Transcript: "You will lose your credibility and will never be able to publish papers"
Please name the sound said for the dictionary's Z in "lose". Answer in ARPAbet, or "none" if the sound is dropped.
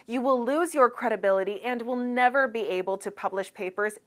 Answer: Z